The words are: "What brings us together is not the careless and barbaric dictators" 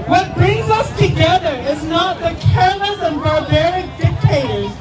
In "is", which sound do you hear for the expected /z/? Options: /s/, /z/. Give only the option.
/z/